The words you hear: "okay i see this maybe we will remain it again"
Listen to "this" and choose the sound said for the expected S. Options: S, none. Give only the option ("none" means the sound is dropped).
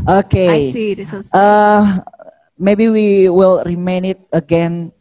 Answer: none